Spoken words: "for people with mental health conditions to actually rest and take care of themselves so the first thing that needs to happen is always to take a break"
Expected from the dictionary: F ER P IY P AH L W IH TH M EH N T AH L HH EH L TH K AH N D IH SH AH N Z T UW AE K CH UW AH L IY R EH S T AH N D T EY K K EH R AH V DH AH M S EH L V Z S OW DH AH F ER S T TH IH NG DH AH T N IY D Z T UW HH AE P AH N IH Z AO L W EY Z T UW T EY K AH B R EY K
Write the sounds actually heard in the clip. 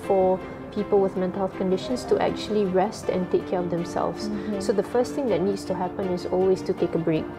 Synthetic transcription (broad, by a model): F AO P IY P AH L W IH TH M EH N T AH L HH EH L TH K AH N D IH SH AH N S T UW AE K CH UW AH L IY R EH S T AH N T EY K K EH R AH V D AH M S EH L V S S OW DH AH F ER S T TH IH NG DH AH T N IY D S T UW HH AE P AH N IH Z AO L W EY S T UW T EY K AH B R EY K